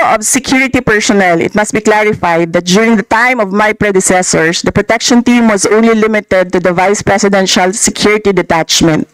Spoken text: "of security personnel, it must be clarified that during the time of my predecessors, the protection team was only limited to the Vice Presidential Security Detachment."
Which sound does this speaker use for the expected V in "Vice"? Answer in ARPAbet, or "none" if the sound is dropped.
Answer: V